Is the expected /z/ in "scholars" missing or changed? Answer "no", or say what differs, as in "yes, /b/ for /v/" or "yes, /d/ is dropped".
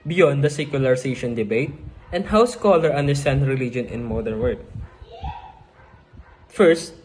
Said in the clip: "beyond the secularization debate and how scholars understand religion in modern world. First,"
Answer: yes, /z/ is dropped